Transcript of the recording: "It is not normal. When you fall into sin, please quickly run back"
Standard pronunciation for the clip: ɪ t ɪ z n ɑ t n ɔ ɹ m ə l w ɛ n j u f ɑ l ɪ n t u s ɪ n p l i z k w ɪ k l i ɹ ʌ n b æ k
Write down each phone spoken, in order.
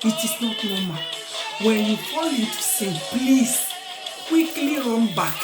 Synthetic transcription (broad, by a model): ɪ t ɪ s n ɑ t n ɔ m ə w ɛ n j u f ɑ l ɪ t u s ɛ p l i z k w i k l i ɹ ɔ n b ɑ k